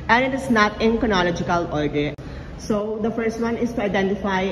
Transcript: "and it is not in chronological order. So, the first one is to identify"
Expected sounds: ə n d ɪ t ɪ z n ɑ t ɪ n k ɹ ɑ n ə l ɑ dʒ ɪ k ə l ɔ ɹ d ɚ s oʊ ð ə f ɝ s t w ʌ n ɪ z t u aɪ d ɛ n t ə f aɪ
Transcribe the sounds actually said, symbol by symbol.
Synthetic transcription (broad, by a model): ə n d ɪ t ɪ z n ɑ t ɪ n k ɑ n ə l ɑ dʒ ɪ k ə l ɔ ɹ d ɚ s oʊ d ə f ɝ s t w ʌ n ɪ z t u aɪ d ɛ n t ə f aɪ